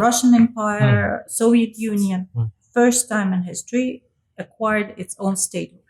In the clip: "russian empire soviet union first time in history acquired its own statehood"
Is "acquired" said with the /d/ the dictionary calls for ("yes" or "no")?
yes